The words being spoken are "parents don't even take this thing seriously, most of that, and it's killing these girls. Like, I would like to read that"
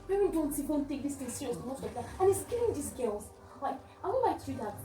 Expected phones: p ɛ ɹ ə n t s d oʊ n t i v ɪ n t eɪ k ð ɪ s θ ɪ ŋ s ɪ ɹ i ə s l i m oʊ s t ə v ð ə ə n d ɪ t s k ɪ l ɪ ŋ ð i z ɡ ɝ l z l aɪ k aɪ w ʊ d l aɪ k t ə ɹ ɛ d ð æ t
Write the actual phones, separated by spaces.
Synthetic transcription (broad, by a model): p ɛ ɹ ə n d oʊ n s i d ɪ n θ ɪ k ð ɪ s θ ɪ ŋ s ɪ ɹ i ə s i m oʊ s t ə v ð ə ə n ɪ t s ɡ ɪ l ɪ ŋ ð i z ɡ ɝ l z l aɪ k aɪ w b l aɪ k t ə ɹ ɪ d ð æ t